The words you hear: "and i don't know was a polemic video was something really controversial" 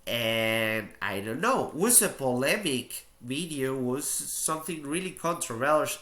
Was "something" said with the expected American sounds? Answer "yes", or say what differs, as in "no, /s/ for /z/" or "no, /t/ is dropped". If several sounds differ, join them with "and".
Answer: yes